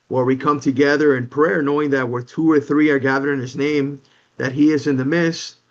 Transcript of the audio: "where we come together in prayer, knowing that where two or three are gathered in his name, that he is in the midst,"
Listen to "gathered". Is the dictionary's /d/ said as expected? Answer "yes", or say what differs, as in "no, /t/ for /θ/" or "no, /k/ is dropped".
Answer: no, /d/ is dropped